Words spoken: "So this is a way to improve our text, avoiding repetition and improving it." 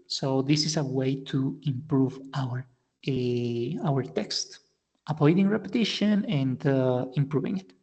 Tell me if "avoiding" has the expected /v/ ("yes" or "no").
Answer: no